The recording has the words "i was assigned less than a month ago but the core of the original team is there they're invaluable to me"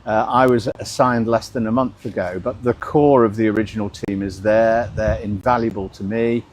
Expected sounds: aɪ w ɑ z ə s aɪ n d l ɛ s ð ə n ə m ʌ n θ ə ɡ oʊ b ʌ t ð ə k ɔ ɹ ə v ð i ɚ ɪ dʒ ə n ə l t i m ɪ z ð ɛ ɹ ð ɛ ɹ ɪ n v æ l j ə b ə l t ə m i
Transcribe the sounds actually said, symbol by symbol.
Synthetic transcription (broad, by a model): aɪ w ɑ z ə s aɪ n d l ɛ s ð ə n ə m ʌ n θ ə ɡ oʊ b ʌ t ð ə k ɔ ɹ ə v ð i ɚ ɪ dʒ ə n ə l t i m ɪ z ð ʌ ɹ ð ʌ ɹ ɪ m v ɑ l j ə b ə l t ə m i